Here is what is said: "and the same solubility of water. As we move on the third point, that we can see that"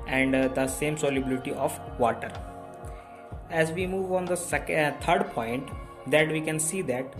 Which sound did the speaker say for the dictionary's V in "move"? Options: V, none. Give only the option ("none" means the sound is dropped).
V